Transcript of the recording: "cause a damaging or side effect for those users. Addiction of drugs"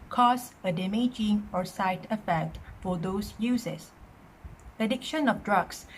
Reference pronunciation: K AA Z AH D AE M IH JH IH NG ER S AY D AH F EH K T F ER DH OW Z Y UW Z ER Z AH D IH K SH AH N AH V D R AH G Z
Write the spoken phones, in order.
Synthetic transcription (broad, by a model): K AA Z AH D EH M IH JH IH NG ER S AY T AH F EH K T F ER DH OW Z Y UW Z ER S AH D IH K SH AH N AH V D R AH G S